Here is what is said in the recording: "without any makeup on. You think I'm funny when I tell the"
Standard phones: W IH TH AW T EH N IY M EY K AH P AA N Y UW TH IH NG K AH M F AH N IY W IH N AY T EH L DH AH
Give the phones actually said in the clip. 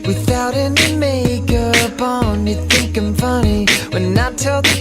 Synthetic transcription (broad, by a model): W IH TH AW T EH N IY M EY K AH B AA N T TH IH NG K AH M F AH N IY W IH N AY T EH L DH